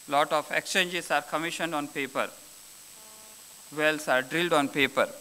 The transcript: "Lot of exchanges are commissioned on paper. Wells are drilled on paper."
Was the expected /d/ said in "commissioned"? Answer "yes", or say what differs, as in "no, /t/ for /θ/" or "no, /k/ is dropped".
yes